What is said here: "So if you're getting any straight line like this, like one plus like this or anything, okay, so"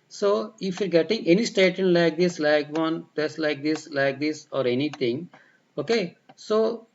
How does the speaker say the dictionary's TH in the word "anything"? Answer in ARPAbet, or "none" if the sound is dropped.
T